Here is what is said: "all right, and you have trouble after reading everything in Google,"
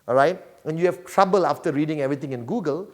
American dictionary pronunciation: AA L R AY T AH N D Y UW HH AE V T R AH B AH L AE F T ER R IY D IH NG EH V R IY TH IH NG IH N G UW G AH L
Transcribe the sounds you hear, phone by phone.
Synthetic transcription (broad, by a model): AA R AY T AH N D Y UW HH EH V T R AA B AH L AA F T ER R IY D IH NG EH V R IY T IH NG IH N G UW G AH L